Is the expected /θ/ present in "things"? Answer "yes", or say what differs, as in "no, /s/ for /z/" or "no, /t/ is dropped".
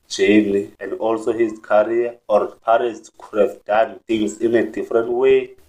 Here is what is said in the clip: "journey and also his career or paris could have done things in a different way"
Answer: no, /t/ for /θ/